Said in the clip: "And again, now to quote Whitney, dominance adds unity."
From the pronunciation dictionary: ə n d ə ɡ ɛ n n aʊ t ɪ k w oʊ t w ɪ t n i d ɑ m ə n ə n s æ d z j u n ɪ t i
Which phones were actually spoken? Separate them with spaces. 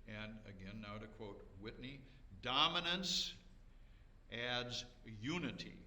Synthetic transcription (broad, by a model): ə n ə ɡ ɛ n n aʊ t ɪ k w oʊ t w ɪ t n i d ɑ m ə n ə n s æ d z j u n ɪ t i